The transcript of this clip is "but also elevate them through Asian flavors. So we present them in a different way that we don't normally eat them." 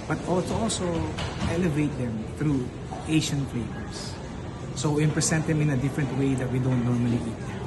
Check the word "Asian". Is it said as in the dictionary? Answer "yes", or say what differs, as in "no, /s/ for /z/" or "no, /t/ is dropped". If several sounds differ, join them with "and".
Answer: no, /ʃ/ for /ʒ/